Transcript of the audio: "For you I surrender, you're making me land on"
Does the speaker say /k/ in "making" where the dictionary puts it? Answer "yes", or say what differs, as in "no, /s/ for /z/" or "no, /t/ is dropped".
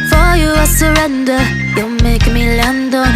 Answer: no, /k/ is dropped